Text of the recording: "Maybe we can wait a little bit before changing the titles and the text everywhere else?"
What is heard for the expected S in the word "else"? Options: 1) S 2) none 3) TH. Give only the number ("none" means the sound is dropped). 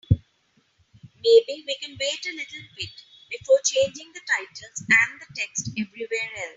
2